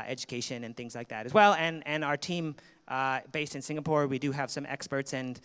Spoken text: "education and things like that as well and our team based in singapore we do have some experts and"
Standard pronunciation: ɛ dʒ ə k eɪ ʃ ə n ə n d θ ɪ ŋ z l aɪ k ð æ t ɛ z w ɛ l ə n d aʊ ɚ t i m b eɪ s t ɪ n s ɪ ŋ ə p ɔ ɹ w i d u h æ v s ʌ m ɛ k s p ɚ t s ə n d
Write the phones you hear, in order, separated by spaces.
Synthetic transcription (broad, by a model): ɛ dʒ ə k eɪ ʃ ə n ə n θ ɪ ŋ z l aɪ k ð æ t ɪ z w ɛ l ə n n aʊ ɚ t i m b eɪ s t ɪ n s ɪ ŋ ə p ɔ ɹ w i d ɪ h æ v s ʌ m ɛ k s p ɚ t s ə n